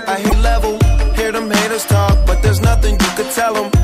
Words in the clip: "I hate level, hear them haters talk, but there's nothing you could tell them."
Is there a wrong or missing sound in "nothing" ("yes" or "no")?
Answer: no